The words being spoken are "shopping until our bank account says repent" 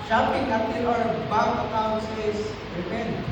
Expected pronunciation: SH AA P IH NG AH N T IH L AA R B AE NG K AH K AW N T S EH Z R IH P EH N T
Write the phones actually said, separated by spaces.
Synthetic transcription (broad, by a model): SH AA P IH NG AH T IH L AA R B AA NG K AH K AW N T S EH S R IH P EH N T